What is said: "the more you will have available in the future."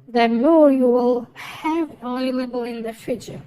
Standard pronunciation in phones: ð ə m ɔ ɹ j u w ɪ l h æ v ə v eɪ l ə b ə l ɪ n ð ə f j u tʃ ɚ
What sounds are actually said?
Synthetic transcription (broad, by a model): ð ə m ɔ ɹ j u w ɪ l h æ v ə ɪ l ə b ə l ɪ n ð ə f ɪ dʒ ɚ